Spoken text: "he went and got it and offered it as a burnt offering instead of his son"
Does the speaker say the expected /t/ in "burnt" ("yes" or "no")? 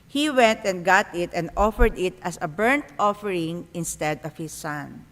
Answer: yes